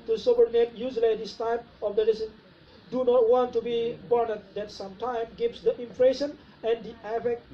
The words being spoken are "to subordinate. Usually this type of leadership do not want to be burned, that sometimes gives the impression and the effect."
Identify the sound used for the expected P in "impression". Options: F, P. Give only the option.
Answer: F